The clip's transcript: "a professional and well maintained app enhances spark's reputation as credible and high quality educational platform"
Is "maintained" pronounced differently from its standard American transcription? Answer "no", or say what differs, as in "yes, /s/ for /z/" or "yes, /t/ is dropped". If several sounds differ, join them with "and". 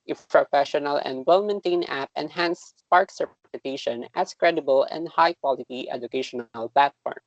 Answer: yes, /d/ is dropped